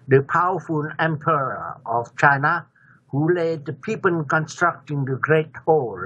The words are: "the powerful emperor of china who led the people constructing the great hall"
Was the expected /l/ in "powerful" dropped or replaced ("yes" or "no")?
yes